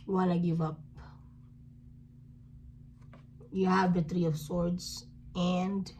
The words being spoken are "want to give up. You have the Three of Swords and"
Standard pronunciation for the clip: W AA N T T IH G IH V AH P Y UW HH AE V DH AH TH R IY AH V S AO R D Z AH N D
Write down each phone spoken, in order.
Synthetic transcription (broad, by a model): W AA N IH G IH V AH P Y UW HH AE V DH AH TH R IY AH V S AO R D Z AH N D